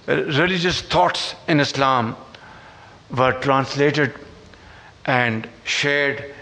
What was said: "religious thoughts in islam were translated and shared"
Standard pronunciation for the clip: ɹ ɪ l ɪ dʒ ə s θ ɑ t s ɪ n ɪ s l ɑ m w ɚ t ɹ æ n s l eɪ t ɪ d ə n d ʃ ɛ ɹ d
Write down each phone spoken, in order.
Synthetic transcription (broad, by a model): ɹ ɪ l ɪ dʒ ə s t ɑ t s ɪ n ɪ s l ɑ m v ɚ t ɹ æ n s l eɪ t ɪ d ə n d ʃ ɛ ɹ d